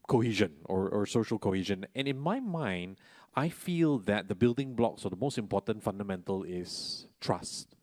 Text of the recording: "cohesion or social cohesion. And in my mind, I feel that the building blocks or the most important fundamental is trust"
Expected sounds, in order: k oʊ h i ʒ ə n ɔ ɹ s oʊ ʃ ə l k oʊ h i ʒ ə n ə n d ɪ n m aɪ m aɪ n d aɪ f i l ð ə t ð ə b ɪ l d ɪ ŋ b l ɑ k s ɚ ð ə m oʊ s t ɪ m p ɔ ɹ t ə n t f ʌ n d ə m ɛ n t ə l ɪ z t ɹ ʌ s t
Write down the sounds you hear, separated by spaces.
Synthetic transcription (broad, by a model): k oʊ h i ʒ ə n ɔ ɹ s oʊ ʃ ə l k oʊ h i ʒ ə n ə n ɪ n m aɪ m aɪ n d aɪ f i l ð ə t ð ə b ɪ l d ɪ ŋ b l ɑ k s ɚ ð ə m oʊ s t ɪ m p ɔ t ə n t f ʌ n d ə m ɛ n t ə l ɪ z t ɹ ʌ s t